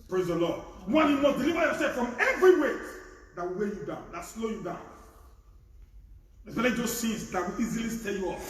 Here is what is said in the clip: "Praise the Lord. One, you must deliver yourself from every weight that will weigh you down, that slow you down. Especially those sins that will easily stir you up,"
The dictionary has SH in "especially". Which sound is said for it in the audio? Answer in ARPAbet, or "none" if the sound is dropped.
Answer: none